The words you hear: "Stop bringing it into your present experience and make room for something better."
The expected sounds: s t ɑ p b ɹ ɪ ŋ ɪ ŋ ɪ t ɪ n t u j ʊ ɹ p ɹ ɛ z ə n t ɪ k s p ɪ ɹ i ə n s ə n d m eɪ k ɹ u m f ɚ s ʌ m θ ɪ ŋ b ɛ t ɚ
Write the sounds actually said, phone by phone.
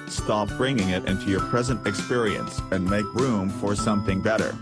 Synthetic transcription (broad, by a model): s t ɑ p b ɹ ɪ ŋ ɪ ŋ ɪ t ɪ n t u j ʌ ɹ p ɹ ɛ z ə n t ɪ k s p ɪ ɹ i ə n s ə n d m eɪ k ɹ u m f ɚ s ʌ m θ ɪ ŋ b ɛ t ɚ